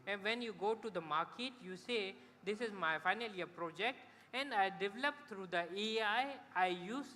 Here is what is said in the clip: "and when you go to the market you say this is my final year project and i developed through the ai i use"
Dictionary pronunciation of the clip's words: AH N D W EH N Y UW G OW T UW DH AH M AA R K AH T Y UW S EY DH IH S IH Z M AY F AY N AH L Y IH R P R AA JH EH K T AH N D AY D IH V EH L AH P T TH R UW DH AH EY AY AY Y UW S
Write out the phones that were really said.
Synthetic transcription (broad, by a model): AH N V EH N Y UW G OW T UW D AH M AA R K AH T Y UW S EY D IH S IH Z M AY F AY N AH L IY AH P R AA JH EH K T AH N D AY D IH V EH L AH P T R UW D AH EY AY AY Y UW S